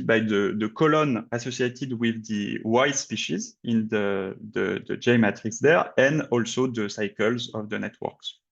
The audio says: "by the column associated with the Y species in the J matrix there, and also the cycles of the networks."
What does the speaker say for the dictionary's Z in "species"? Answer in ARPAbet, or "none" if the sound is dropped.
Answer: Z